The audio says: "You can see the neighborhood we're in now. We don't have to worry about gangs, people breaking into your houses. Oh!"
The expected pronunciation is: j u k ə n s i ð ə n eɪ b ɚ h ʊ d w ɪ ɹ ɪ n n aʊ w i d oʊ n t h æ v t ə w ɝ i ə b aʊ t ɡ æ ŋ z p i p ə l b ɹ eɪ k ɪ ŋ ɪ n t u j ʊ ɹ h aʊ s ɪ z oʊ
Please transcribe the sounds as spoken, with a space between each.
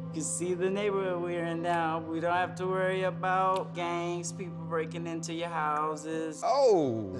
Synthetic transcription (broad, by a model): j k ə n s i ð ə n eɪ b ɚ h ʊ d w ɪ ɹ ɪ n n aʊ w i d oʊ n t h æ f t ə w ɝ i ə b aʊ t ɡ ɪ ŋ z p i p l b ɹ eɪ k ɪ ŋ ɪ n t u j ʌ ɹ h aʊ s ɪ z oʊ